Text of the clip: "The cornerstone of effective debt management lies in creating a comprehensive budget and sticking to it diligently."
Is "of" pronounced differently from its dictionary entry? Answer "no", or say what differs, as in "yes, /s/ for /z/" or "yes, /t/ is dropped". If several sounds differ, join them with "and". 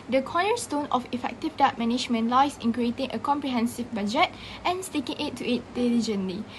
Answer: yes, /f/ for /v/